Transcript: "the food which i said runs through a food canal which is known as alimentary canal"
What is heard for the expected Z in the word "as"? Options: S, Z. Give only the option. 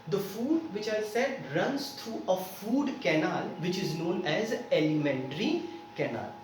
Z